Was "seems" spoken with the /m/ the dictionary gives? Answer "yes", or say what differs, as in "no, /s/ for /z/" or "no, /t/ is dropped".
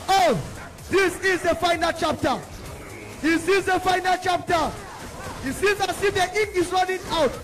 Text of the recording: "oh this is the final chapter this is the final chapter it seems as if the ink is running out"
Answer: no, /m/ is dropped